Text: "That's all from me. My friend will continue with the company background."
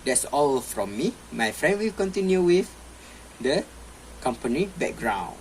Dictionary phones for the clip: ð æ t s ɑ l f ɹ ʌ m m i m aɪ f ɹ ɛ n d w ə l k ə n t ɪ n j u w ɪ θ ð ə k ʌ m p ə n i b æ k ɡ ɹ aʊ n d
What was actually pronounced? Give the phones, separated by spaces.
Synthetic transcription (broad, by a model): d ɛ t s ɑ l f ɹ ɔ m m i m aɪ f ɹ ɛ n d w ə l k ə n t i n j u w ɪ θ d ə k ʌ m p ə n i b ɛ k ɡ ɹ aʊ n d